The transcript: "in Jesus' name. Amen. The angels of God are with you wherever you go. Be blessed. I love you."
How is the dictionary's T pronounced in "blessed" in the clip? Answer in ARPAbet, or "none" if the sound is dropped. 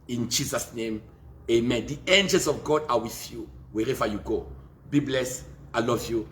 none